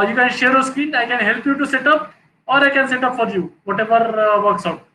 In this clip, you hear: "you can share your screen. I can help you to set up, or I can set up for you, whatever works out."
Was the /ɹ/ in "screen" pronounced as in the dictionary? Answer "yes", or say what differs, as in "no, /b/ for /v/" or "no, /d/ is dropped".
no, /ɹ/ is dropped